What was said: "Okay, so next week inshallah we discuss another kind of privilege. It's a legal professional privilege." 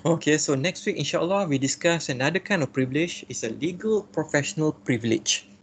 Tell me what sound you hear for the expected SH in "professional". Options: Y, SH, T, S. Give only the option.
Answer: SH